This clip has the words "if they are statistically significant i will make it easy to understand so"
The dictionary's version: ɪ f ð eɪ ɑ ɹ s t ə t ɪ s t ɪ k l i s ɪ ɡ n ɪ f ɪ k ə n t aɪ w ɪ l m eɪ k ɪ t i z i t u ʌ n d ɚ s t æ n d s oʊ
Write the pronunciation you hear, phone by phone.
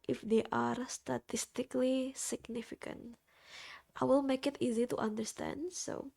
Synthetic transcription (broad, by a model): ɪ f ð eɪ ɑ ɹ s t ə t ɪ s t ɪ k l i s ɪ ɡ n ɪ f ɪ k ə n t aɪ w ɪ l m eɪ k ɪ t i z i t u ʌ n d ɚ s t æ n d s oʊ